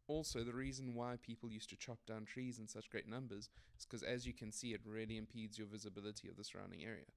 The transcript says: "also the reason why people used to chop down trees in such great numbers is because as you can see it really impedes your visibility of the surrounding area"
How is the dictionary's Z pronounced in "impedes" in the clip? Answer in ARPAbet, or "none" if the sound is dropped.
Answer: Z